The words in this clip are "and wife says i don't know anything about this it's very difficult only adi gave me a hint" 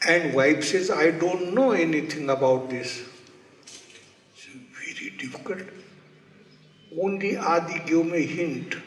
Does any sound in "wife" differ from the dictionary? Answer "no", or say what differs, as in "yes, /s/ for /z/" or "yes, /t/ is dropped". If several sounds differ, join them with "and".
yes, /p/ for /f/